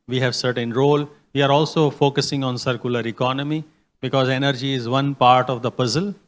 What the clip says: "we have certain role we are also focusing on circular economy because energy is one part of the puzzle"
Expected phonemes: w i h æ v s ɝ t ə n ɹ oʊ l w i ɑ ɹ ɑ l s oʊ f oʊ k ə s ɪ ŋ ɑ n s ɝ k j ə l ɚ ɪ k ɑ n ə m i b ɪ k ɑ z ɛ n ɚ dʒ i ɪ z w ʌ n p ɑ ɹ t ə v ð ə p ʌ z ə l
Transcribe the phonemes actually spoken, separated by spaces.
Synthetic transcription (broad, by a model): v i h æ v s ɝ t ə n ɹ oʊ l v i ɑ ɹ ɑ l s oʊ f oʊ k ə s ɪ ŋ ɑ n s ɝ k j ə l ɚ ɪ k ɑ n ə m i b ɪ k ɑ z ɛ n ɚ dʒ i ɪ z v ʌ n p ɑ ɹ t ə v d ə p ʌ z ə l